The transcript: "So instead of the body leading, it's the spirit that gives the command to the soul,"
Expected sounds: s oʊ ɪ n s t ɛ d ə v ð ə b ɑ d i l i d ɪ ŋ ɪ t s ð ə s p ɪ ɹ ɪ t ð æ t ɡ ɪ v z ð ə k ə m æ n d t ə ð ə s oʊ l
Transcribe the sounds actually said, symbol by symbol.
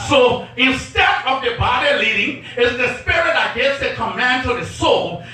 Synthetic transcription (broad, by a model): s oʊ ɪ n s t ɛ d ə v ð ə b ɑ d i l i d ɪ ŋ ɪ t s ð ə s p ɪ ɹ ɪ t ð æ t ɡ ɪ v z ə k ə m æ n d t ə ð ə s oʊ l